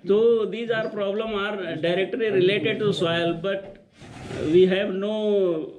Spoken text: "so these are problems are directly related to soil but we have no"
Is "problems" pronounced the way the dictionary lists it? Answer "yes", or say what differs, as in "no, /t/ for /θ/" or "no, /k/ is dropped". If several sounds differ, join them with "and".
no, /z/ is dropped